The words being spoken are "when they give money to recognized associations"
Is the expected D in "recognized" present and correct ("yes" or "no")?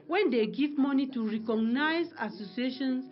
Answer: no